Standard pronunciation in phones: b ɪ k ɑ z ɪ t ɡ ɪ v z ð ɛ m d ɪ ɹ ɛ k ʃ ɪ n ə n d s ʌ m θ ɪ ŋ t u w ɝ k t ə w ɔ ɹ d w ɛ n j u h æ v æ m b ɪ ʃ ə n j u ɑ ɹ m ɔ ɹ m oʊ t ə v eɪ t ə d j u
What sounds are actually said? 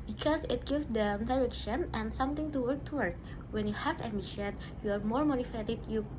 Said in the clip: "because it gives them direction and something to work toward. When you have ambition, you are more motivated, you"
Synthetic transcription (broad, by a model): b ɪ k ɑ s ɪ t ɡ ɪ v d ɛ m d ɪ ɹ ɛ k ʃ ɪ n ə n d s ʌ m t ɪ ŋ t u w ɝ k t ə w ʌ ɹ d w ɛ n j u h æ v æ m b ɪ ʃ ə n j u ɑ ɹ m ɔ ɹ m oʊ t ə f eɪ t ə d j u